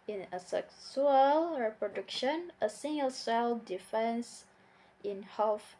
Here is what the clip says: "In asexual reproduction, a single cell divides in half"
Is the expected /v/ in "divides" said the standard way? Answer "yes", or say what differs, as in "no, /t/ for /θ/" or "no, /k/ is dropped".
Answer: no, /f/ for /v/